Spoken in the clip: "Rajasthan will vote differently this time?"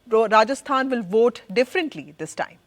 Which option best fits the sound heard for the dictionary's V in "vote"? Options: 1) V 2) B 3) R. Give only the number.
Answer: 1